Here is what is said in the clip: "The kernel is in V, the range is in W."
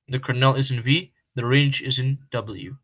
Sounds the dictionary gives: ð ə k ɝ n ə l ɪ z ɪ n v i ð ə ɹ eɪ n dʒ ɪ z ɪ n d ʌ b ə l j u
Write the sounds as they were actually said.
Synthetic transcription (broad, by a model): ð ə k ɝ n ə l ɪ z ɪ n v i ð ə ɹ eɪ n dʒ ɪ z ɪ n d ʌ b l j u